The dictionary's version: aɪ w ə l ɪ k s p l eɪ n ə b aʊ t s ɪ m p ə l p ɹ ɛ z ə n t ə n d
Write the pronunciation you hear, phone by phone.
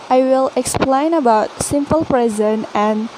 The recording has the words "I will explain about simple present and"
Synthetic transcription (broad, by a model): aɪ w ə l ɪ k s p l eɪ n ə b aʊ t s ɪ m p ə l p ɹ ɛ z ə n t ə n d